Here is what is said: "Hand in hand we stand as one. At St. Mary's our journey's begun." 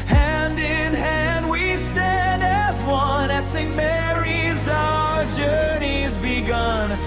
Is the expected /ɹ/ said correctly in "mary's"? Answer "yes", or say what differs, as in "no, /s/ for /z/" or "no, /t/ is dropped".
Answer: yes